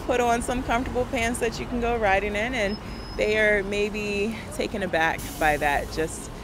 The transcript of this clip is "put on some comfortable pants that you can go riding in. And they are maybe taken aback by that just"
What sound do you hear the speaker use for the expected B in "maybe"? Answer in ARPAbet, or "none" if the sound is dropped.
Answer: B